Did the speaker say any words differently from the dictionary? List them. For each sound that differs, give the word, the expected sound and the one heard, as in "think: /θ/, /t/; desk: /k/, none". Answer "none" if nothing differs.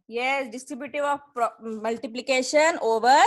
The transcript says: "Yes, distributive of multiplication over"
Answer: of: /v/, /p/